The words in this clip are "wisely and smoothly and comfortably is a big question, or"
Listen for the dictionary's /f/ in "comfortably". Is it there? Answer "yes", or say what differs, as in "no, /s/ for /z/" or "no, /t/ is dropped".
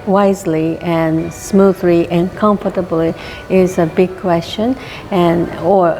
yes